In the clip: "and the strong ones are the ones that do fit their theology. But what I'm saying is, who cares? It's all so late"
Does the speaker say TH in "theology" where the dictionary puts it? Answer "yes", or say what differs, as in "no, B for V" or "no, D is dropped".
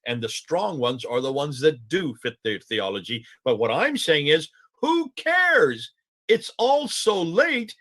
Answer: yes